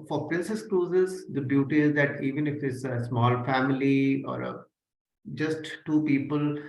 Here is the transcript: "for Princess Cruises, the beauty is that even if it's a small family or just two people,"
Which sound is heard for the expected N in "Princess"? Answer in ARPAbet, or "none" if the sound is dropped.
N